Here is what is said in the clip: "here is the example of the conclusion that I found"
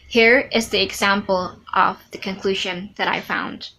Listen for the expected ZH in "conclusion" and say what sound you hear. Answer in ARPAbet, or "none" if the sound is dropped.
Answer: ZH